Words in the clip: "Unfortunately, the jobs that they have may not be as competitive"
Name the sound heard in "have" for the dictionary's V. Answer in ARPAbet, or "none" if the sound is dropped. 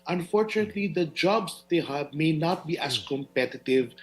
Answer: B